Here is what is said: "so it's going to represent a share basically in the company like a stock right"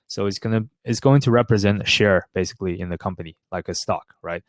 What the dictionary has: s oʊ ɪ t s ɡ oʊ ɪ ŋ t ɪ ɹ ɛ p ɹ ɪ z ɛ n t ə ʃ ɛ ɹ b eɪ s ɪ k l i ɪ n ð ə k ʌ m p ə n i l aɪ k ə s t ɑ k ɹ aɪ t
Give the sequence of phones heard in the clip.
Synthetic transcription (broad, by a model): s oʊ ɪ t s ɡ oʊ ɪ ŋ t ɪ ɹ ɛ p ɹ ɪ z ɛ n t ə ʃ ɛ ɹ b eɪ s ɪ k l i ɪ n ð ə k ʌ m p ə n i l aɪ k ə s t ɑ k ɹ aɪ t